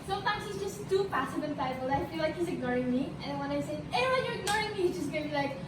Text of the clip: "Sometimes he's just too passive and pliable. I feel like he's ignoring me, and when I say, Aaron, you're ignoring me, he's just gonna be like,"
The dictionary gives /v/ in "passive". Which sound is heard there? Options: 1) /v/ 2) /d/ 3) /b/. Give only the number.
3